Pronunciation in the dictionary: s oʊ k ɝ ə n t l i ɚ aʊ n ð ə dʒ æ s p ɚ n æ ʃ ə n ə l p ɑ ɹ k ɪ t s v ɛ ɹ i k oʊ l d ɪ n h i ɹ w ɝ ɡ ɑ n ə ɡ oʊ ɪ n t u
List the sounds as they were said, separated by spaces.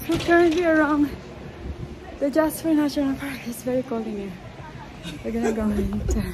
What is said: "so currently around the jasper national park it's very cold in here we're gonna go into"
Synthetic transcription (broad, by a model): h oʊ k ɝ ə n t l i ɚ aʊ n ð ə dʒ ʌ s f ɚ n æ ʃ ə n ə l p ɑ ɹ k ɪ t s v ɛ ɹ i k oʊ l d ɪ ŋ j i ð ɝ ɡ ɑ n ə ɡ oʊ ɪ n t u